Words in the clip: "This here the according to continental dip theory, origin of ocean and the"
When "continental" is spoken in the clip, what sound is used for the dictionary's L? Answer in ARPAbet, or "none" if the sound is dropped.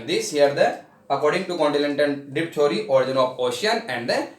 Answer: N